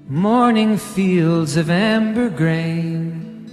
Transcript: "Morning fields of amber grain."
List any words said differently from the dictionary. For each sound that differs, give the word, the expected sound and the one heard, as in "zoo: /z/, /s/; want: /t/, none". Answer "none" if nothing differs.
none